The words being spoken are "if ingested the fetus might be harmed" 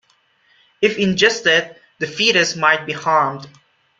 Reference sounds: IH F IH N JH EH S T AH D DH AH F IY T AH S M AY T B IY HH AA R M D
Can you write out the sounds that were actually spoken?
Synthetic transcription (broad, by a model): IH F IH N JH EH S T AH D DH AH F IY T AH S M AY T B IY HH AA R M D